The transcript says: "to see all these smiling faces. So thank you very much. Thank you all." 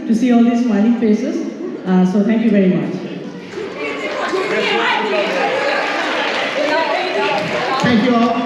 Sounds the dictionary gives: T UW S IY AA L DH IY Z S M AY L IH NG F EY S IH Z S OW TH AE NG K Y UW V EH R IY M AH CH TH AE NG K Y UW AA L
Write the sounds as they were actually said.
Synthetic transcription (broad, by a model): T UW S IY AA L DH IY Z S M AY N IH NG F EY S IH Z S OW T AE NG K Y UW V EH R IY M AH CH T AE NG K Y UW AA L